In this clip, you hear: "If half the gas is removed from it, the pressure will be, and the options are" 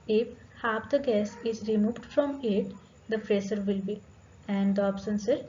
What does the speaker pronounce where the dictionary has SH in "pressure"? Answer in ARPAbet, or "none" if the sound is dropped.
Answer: S